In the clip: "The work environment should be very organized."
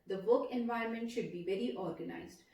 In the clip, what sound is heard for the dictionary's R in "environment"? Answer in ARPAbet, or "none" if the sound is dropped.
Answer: none